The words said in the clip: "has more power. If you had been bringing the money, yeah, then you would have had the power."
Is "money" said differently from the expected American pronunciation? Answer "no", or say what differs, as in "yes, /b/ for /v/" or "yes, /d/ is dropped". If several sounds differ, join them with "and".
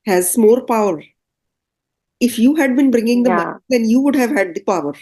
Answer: yes, /n/ is dropped